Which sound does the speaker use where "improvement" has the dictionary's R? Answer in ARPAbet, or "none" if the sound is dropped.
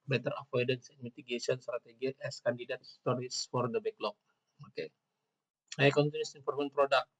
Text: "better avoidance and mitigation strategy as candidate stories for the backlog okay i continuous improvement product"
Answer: none